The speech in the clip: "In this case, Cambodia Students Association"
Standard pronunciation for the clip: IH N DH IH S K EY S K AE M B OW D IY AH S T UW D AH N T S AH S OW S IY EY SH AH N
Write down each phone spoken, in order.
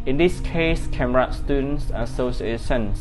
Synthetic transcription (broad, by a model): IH N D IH S K EY S K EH M OW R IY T S T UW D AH N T S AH S OW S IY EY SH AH N